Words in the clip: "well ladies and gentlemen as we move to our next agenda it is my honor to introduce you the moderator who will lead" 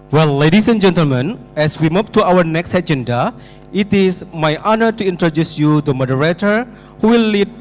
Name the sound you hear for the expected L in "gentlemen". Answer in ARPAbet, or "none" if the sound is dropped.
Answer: L